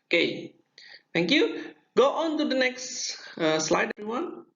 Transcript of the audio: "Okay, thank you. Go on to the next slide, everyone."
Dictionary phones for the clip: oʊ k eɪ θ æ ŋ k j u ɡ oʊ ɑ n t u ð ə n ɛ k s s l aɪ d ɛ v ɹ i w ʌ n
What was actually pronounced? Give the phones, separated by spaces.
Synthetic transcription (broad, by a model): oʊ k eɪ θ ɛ ŋ k j u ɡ oʊ ɑ n t u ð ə n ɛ k s s l aɪ d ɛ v ɹ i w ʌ n